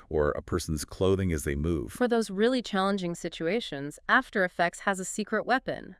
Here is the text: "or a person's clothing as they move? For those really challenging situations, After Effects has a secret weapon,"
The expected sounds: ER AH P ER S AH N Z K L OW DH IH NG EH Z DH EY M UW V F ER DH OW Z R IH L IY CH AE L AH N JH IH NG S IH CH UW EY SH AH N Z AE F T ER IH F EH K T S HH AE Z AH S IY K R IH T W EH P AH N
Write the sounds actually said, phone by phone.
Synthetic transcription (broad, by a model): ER AH P ER S N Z K L OW DH IH NG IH Z DH EY M UW V F ER DH OW Z R IH L IY CH AE L AH N JH IH NG S IH CH UW EY SH AH N Z AE F T ER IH F EH K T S HH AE Z AH S IY K R IH T W EH P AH N